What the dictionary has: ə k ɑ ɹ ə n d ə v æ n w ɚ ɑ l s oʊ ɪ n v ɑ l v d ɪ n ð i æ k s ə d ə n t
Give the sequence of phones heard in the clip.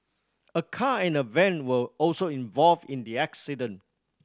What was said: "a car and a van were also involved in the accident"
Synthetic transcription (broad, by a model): ə k ɑ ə n ə v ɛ n w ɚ ɑ l s oʊ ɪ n v ɑ l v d ɪ n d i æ k s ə d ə n